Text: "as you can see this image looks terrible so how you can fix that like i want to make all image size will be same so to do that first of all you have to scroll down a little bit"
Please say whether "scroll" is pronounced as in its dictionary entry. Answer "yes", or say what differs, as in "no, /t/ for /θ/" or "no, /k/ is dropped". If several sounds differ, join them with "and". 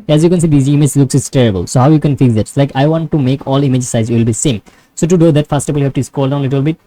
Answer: no, /ɹ/ is dropped